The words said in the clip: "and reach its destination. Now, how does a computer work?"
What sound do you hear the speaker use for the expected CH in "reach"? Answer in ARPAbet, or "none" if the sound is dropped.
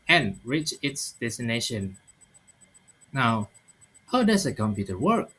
CH